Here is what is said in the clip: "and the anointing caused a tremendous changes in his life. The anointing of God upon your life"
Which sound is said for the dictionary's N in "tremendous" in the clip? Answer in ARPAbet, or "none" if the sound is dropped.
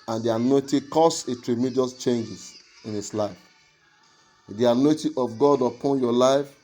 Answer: none